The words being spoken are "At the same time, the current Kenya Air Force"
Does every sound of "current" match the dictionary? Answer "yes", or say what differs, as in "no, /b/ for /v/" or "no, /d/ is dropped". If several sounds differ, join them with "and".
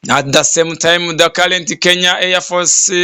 no, /l/ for /ɹ/